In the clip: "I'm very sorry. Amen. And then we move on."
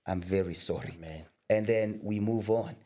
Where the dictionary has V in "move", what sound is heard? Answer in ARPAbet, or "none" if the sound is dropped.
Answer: V